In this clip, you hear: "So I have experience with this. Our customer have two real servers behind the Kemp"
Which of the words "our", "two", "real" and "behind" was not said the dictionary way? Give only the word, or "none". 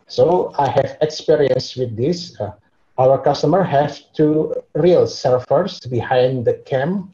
none